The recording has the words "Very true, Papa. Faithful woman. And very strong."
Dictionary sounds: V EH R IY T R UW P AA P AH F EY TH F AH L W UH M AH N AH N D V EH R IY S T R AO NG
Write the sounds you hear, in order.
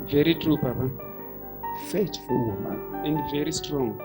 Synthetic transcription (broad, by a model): V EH R IY T R UW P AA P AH F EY T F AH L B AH AH N D V EH R IY S T R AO NG